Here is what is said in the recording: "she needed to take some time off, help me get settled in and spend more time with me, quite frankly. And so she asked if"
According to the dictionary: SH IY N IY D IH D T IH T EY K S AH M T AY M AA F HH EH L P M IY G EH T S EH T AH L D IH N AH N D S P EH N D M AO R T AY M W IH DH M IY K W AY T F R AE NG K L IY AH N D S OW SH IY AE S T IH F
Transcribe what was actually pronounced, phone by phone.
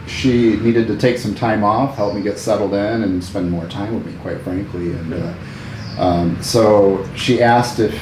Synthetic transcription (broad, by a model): SH IY N IY D IH D T IH T EY K S AH M T AY M AA F HH EH L P M IY G EH T S EH T L D IH N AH N S P EH N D M AO R T AY M W IH DH M IY K W AY T F R AE NG K L IY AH N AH S OW SH IY AE S T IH F